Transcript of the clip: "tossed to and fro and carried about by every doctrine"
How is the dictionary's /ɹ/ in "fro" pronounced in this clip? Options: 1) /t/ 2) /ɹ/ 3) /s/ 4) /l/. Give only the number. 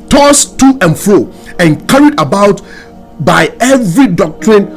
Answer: 2